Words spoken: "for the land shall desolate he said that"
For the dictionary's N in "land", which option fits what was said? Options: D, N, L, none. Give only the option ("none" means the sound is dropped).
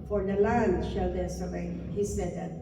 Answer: N